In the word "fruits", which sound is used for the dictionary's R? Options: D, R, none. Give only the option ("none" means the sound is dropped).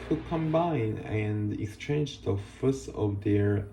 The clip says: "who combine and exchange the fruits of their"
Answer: none